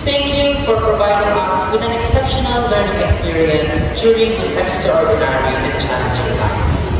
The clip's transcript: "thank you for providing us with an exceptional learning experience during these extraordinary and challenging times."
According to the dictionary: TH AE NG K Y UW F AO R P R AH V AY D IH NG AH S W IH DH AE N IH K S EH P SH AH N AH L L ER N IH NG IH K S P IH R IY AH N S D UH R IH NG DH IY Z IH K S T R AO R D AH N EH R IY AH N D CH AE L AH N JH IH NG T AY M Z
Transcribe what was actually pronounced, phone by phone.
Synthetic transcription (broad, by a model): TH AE NG K Y UW F AO R P R AH V AY D IH NG AH S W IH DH AE N IH K S EH P SH AH N AH L L ER N IH NG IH K S P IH R IY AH N S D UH R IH NG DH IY S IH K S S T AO R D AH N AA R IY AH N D CH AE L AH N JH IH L AY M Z